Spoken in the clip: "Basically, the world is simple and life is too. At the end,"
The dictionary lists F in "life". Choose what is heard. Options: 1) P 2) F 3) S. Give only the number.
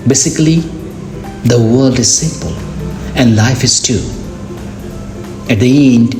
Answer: 2